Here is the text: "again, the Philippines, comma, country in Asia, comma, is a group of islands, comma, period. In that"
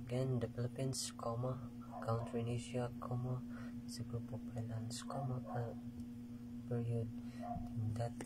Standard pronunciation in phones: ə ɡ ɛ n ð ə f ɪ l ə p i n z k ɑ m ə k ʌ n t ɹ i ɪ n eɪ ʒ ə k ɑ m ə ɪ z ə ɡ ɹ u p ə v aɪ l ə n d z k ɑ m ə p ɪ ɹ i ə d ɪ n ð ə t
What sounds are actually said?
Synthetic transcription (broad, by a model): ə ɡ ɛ n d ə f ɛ l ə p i n s k ɑ m ə k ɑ n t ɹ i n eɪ ʃ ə k ɑ m ə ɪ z ə ɡ ɹ u p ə p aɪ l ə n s k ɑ m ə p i ɹ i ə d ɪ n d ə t